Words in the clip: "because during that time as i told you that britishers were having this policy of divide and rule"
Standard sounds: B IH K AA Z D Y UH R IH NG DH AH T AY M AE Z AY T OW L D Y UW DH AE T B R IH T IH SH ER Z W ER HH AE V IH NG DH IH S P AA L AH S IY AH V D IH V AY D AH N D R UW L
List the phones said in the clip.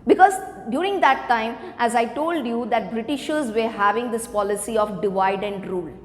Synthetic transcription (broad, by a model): B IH K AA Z D Y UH R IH NG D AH T AY M AE Z AY T OW L D Y UW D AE T B R IH T IH SH ER Z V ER HH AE V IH NG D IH S P AA L AH S IY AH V D IH V AY D AH N D R UW L